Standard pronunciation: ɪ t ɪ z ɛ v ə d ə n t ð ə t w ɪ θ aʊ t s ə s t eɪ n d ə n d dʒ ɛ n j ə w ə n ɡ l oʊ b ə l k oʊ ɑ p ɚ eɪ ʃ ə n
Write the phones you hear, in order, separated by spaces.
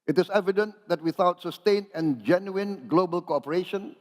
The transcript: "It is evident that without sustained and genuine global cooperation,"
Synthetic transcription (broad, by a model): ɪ t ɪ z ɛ v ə d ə n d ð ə t w ɪ θ aʊ t s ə s t eɪ n ə n dʒ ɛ n j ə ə n ɡ l oʊ b ə l k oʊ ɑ p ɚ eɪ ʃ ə n